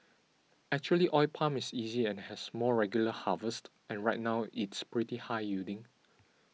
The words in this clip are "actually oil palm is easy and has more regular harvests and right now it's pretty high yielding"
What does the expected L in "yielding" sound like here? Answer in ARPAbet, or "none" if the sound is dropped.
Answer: none